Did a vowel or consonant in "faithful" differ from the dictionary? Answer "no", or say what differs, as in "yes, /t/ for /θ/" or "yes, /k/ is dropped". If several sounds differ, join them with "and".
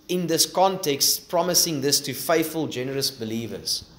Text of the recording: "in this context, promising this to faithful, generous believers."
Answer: no